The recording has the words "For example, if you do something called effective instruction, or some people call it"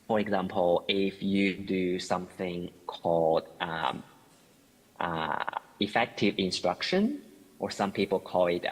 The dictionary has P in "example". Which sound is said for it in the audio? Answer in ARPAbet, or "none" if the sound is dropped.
P